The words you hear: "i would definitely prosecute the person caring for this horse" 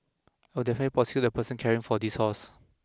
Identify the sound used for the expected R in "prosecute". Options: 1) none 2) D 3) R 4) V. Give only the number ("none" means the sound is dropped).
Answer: 1